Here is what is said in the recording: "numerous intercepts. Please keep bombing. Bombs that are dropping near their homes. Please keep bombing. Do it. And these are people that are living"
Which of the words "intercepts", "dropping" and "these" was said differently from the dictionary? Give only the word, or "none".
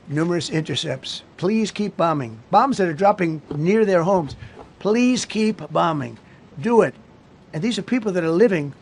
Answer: none